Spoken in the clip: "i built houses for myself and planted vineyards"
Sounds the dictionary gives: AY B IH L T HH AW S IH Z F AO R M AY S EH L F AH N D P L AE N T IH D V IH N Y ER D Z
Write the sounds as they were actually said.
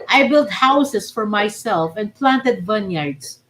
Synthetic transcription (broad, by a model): AY B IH L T HH AW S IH S F AO R M AY S EH L F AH N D P L AE N T IH D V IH N Y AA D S